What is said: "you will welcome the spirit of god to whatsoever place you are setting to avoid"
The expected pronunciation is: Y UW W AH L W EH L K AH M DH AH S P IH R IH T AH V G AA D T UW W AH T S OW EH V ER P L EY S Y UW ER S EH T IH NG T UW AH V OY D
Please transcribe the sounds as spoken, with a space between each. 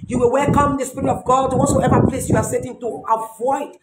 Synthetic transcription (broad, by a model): Y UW W AH L W EH L K AH M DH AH S P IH R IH T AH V G AA D T UW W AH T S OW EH V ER P L EY S Y UW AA S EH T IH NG T UW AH V OY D